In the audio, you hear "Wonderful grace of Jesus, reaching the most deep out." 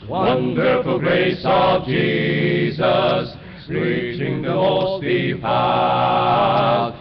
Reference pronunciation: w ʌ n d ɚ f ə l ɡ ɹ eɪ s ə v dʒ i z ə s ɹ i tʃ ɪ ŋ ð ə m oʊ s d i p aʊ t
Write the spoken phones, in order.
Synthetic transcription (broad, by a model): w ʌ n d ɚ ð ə ɡ ɹ eɪ s ə v dʒ i z ə s ɹ i tʃ ɪ ŋ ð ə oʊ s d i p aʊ